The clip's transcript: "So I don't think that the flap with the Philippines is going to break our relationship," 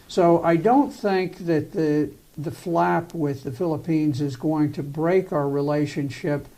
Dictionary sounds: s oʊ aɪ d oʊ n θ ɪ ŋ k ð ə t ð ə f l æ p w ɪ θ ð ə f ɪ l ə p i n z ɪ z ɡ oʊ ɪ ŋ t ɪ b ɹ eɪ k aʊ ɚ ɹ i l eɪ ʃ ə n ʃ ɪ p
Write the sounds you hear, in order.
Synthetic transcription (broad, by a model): s oʊ aɪ d oʊ n θ ɪ ŋ k ð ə t ð ə f l æ p w ɪ ð ə f ɪ l ə p i n z ɪ z ɡ oʊ ɪ ŋ t ɪ b ɹ eɪ k aʊ ɚ ɹ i l eɪ ʃ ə n ʃ ɪ p